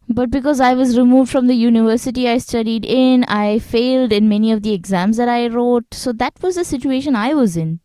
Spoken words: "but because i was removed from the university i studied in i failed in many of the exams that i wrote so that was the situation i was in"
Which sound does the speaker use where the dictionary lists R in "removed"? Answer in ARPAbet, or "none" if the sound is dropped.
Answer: R